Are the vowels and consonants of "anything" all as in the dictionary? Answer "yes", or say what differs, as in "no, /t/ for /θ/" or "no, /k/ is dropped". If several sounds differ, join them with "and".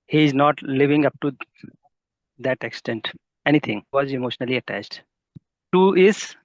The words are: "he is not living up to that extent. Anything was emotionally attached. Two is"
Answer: no, /t/ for /θ/